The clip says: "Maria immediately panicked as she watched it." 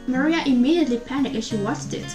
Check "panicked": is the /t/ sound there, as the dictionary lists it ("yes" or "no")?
no